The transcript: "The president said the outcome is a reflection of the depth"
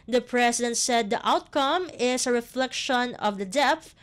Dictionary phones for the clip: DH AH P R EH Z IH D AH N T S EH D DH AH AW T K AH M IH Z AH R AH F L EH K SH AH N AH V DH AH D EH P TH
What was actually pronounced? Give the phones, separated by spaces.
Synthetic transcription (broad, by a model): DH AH P R EH S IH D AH N T S EH D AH AW T K AH M IH S AH R AH F L EH K SH AH N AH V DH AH D EH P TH